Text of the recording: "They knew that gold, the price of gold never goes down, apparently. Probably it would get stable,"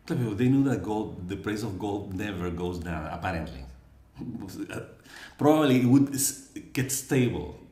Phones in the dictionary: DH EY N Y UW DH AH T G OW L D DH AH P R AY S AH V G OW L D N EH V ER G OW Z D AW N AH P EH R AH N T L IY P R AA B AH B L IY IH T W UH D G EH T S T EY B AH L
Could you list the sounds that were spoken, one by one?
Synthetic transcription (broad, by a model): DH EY N Y UW DH AH T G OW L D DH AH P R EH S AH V G OW L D N EH V ER G OW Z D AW AH P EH R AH N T L IY P R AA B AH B L IY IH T W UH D G EH T S T EY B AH L